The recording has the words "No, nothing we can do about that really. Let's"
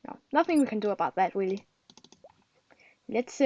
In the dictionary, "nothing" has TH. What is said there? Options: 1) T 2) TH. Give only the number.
2